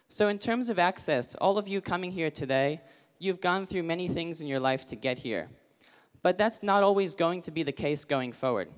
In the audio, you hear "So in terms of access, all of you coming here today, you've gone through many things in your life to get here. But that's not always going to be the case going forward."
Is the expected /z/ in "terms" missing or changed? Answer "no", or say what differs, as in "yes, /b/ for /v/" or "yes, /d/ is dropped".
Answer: no